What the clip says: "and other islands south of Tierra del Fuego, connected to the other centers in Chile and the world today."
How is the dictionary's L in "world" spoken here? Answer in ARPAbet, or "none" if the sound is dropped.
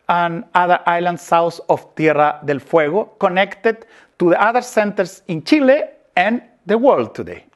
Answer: L